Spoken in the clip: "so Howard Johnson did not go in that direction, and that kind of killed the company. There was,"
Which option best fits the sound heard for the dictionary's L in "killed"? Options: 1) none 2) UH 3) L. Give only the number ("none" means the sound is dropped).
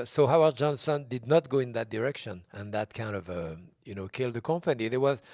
3